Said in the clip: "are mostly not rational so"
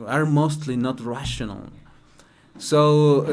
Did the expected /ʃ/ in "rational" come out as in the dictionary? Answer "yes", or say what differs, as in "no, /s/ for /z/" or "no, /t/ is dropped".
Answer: yes